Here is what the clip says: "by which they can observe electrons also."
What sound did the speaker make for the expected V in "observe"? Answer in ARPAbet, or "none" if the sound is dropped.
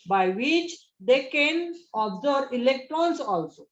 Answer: none